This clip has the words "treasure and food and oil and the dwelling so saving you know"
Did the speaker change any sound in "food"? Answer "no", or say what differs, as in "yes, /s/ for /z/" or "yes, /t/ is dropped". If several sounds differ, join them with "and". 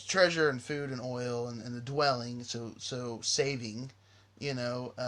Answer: no